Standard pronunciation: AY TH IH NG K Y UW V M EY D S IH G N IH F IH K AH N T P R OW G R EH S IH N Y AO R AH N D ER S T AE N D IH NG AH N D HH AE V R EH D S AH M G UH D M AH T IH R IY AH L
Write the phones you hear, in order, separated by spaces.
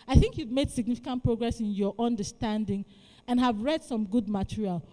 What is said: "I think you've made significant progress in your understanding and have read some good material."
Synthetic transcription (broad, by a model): AY TH IH NG K Y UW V M EY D S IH G N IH F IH K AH N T P R OW G R EH S IH N Y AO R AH N D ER S T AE N D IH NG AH N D HH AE V R EH D S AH M G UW D M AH T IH R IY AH L